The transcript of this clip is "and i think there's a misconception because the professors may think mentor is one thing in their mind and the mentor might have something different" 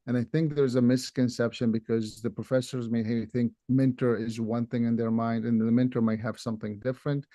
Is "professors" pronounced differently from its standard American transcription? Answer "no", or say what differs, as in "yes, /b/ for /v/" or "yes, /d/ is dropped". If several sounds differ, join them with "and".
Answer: no